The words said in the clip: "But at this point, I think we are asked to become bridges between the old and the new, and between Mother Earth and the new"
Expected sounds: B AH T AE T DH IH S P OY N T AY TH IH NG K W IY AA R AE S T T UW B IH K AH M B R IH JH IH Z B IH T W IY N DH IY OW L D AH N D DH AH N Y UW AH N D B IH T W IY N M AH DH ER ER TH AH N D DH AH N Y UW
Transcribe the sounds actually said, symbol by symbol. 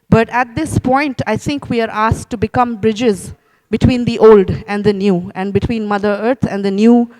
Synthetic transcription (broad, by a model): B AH T AE T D IH S P OY N T AY T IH NG K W IY AA R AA S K T UW B IH K AH M B R IH JH IH Z B IH T W IY N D IY OW L D AH N D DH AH N Y UW AH N D B IH T W IY N M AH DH ER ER T AH N D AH N Y UW